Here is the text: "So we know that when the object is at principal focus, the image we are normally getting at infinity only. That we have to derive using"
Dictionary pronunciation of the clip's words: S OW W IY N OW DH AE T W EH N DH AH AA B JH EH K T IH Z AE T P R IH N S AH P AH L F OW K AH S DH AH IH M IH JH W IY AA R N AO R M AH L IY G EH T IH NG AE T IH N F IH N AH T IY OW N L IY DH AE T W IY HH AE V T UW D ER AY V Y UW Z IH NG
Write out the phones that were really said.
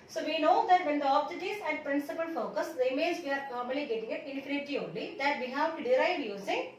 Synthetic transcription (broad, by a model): S OW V IY N OW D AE T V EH N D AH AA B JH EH T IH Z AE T P R IH N S AH P AH L F OW K AH S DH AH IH M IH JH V IY AA R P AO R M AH L IY G EH T IH NG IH T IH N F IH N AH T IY OW N L IY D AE T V IY HH AE V T UW D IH AY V Y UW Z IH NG